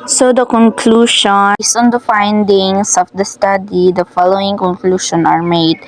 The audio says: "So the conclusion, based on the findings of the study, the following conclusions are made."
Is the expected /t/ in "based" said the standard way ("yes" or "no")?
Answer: no